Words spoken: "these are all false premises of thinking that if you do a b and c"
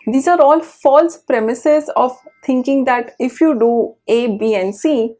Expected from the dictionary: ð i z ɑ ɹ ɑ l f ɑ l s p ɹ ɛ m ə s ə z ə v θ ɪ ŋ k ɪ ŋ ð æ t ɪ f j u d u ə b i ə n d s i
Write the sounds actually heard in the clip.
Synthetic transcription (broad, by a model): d i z ɑ ɹ ɑ l f ɑ l s p ɹ ɛ m ə s ə z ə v t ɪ ŋ k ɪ ŋ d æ t ɪ f j u d u ə b i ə n s i